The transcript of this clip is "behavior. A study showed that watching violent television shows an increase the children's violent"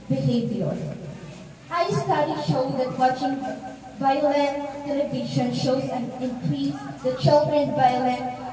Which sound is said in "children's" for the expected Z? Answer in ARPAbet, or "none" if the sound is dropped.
none